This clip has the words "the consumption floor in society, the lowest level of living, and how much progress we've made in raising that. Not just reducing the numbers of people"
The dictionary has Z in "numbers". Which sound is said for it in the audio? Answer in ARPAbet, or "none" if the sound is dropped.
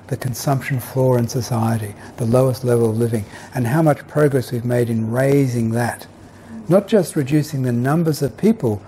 Z